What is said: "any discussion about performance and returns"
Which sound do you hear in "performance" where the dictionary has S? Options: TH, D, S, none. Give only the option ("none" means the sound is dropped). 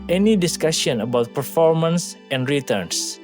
S